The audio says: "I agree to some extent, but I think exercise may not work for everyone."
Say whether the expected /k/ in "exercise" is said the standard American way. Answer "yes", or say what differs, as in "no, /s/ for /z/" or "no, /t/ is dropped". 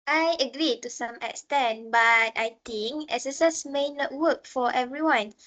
no, /k/ is dropped